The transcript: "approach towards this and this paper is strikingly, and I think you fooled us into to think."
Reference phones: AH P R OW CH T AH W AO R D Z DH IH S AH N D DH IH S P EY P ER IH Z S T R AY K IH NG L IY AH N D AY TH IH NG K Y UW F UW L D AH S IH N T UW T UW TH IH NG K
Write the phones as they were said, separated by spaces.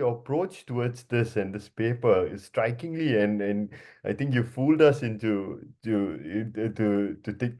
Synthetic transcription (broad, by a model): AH P R OW CH T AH W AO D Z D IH S AH N D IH S P EY P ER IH S T R AY K IH NG L IY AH N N AY T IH NG K Y UW F UW L D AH S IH N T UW T UW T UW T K